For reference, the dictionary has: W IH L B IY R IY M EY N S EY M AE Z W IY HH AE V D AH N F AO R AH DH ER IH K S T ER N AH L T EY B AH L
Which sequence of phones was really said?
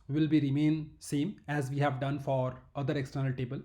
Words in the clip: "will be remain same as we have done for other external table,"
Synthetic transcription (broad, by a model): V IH L B IY R IY M EY N S EY M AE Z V IY HH AE V D AH N F AO R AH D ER IH K S T ER N AH L T EY B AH L